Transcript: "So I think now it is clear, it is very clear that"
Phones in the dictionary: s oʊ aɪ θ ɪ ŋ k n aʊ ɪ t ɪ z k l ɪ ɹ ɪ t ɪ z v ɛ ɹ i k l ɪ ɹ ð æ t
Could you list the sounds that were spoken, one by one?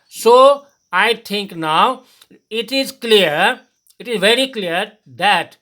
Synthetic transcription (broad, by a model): s oʊ aɪ t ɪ ŋ k n aʊ ɪ t ɪ z k l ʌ ɹ ɪ t ɪ z v ɛ ɹ i k l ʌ ɹ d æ t